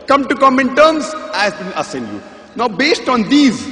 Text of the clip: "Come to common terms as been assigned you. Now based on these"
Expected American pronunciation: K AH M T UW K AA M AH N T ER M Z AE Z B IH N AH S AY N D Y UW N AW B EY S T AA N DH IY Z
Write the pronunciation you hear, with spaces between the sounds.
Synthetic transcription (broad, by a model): K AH M T UW K AA M AH N T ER M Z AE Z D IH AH S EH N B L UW N AW B EY S T AA N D IY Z